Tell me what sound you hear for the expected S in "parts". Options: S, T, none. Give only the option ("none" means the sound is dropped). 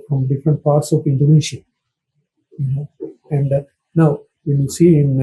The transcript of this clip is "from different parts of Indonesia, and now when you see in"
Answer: S